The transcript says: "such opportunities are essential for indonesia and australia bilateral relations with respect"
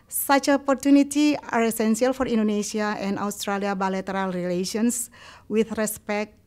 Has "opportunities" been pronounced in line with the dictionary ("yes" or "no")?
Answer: no